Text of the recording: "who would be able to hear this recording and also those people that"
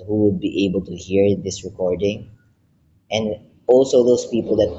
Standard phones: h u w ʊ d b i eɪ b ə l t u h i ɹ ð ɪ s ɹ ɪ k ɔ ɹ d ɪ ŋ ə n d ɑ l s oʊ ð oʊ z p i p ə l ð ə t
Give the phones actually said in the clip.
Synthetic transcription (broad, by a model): h u w ʊ d b i eɪ b ə l t u h i ɹ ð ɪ s ɹ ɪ k ɔ ɹ d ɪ ŋ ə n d ɑ l s oʊ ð oʊ s p i p ə l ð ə t